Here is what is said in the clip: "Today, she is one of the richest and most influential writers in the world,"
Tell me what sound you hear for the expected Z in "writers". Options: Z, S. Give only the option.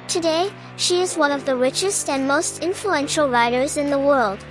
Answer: Z